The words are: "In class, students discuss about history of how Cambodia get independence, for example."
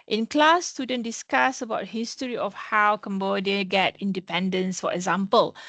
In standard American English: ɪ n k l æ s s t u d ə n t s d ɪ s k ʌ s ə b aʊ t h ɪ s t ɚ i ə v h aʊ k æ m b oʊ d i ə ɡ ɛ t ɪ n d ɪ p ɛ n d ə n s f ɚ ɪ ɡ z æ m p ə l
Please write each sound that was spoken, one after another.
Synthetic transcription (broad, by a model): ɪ n k l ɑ s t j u d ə n d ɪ s k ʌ s ə b aʊ t h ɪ s t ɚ i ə f h aʊ k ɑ m b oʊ d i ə ɡ ɛ t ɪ n d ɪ p ɛ n d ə n s f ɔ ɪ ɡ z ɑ m p ə l